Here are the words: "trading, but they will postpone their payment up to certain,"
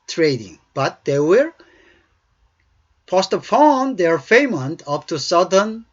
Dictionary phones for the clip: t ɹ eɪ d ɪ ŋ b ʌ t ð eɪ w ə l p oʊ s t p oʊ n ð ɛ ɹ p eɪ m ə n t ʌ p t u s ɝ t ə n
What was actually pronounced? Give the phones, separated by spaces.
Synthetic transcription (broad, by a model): t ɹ eɪ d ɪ ŋ b ʌ t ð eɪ w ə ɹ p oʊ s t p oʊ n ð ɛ ɹ f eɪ m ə n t ʌ p t u s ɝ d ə n